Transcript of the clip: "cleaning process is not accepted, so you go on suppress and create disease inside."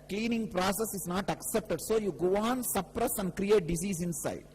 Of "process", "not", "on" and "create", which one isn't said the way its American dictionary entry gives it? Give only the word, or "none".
none